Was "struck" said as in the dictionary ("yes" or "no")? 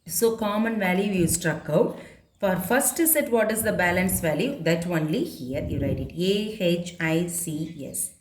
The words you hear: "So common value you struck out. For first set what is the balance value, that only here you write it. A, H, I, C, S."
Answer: yes